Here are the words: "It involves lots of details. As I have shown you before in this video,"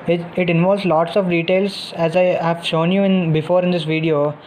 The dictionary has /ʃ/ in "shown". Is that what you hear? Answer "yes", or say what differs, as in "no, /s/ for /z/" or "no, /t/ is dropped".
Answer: yes